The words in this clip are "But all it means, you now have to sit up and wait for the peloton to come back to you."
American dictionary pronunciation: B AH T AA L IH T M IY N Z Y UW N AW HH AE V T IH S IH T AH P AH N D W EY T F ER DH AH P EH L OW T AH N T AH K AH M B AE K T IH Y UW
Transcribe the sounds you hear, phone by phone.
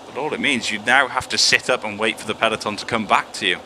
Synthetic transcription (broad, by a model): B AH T AA L IH T M IY N Z Y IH N AW HH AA F T IH S IH T AH P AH N W EY T F ER DH AH P EH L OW T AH N T AH K AH M B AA K T IH Y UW